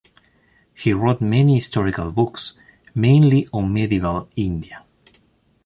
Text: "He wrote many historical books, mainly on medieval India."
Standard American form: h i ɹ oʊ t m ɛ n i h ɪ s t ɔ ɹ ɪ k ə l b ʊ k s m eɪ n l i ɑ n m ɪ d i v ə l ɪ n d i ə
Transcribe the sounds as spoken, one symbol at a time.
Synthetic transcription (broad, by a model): h i ɹ oʊ t m ɛ n i h ɪ s t ɔ ɹ ɪ k ə l b ʊ k s m eɪ n l i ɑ n m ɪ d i v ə l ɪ n d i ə